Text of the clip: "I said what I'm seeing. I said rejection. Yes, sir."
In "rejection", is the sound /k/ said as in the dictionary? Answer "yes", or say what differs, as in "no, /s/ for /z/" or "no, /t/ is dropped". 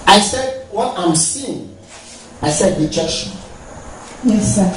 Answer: no, /k/ is dropped